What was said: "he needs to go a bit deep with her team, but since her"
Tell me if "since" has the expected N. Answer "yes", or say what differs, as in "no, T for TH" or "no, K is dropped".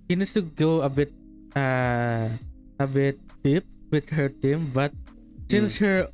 yes